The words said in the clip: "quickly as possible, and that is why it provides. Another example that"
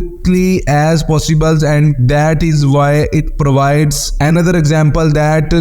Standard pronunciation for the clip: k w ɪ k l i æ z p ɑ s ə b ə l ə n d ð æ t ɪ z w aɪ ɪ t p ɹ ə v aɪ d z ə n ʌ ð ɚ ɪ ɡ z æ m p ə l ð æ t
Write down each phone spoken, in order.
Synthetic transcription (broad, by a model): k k l i æ z p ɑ s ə b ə l ə n d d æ t ɪ z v aɪ ɪ t p ɹ ə v aɪ d z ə n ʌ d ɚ ɪ ɡ z æ m p ə l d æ t